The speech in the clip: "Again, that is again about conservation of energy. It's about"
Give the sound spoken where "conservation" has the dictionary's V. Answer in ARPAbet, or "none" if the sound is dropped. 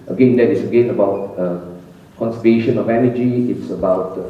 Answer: none